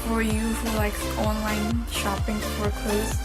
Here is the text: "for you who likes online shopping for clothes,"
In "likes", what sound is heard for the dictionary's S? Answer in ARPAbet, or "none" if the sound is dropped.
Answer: none